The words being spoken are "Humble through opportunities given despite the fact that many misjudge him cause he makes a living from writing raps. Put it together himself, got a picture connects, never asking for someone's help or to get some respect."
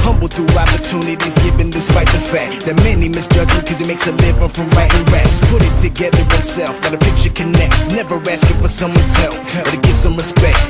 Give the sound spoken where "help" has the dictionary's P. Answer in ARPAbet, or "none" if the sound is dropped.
F